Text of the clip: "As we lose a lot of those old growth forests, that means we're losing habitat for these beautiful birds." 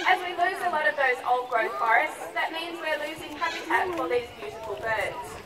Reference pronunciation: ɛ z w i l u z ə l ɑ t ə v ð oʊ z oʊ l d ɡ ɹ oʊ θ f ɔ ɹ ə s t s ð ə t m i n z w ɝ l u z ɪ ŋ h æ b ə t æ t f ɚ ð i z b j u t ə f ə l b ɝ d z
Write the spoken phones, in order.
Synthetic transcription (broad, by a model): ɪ z w i l u z ə l ɑ t ə v ð oʊ z oʊ l d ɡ ɹ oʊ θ f ɔ ɹ ə s t s ð ə t m i n z w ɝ l u z ɪ ŋ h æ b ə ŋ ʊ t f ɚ ð i z b j u t ə f ə l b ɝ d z